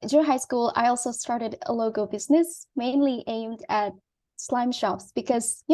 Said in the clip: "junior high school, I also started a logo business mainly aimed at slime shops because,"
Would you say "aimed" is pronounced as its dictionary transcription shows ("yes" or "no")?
yes